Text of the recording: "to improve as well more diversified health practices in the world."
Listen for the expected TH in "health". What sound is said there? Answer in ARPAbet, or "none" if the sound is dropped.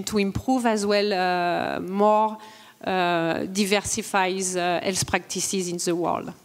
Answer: S